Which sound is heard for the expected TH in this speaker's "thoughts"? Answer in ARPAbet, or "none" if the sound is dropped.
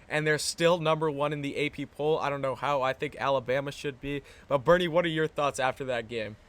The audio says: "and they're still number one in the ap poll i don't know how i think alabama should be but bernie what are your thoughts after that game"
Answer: TH